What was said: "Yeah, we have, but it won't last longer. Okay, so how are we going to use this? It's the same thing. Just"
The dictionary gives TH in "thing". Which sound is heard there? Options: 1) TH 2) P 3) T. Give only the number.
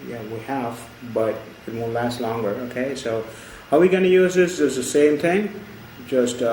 1